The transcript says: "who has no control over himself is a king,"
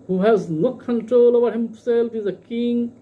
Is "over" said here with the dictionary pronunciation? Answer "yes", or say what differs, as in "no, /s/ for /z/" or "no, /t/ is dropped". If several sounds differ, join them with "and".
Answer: no, /b/ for /v/